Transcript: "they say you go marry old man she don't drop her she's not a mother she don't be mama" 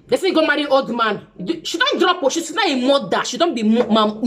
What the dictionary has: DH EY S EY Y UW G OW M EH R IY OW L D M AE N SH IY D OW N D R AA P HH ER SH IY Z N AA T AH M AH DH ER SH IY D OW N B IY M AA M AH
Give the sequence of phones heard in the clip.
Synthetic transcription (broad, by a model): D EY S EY G OW M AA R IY OW L D M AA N SH IY D OW N D R AA P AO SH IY S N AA AH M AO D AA SH IY D OW N B IY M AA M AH